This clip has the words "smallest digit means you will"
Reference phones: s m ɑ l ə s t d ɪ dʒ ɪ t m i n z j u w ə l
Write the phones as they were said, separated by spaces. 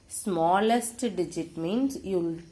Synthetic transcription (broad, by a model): s m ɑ l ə s t d ɪ dʒ ɪ t m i n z j u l